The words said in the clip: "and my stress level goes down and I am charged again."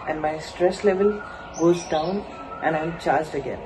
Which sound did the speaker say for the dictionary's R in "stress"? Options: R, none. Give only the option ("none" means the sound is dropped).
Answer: R